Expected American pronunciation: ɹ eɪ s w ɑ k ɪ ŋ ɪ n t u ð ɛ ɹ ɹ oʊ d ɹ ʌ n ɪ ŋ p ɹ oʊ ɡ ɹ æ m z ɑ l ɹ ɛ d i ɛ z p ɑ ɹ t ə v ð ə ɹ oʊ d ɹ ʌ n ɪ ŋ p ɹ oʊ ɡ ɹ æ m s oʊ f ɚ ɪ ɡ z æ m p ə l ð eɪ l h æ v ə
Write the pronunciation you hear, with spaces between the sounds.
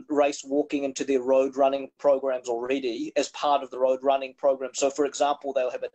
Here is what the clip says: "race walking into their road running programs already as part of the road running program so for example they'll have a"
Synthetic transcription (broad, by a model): ɹ eɪ s w ɑ k ɪ ŋ ɪ n t u ð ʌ ɹ ɹ oʊ d ɹ ʌ n ɪ ŋ p ɹ oʊ ɡ ɹ æ m z l ɹ ɛ d i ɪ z p ɑ ɹ t ə v ð ə ɹ oʊ d ɹ ʌ n ɪ ŋ p ɹ oʊ ɡ ɹ æ m s oʊ f ɚ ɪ ɡ z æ m p l ð eɪ l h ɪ v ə